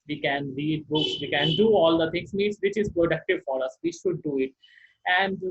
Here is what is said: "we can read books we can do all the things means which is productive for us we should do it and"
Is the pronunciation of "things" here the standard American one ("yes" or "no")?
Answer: no